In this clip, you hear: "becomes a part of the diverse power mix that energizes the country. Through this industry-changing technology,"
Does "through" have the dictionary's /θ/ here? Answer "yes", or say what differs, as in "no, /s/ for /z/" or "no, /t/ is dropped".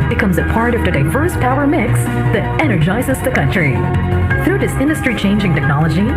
yes